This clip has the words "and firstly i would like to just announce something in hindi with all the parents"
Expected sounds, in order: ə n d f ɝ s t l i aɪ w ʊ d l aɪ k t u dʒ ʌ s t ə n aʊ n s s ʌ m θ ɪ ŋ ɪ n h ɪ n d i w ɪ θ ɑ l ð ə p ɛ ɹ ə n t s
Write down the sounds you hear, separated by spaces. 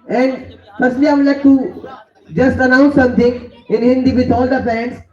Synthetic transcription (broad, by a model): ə n d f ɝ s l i aɪ l aɪ k t u dʒ ʌ s t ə n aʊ n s s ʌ m t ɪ ŋ ɪ n h ɪ n d i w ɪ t ɑ l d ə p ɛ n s